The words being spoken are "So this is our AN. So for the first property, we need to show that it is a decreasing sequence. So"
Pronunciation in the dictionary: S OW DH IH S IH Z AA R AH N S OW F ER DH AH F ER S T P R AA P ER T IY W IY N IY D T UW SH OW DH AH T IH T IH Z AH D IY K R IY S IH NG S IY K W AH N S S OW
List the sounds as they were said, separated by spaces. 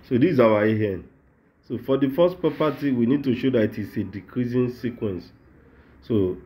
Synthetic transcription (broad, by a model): S OW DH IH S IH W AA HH AH N S OW F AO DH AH F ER S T P AA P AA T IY W IY N IY D T UW SH OW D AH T IH T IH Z AH D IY K R IY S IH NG S IY K W AH N S S OW